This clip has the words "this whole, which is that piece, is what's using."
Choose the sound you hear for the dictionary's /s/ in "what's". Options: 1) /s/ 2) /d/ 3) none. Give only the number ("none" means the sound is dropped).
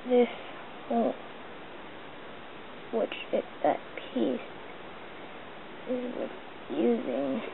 3